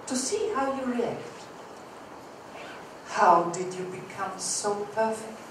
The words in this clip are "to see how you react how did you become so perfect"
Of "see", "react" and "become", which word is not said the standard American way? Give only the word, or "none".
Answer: none